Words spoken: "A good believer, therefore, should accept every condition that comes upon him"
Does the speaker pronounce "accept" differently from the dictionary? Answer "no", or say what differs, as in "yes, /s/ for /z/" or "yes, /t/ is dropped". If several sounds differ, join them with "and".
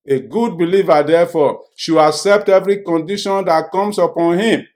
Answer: no